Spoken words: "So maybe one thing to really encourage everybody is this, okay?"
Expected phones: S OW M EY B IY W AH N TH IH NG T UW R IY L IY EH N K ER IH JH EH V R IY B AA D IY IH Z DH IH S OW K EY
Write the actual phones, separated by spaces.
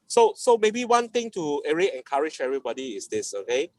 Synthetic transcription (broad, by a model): S OW M EY B IY W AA N T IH NG T UW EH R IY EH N K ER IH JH EH V R IY B AA D IY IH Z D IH S OW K EY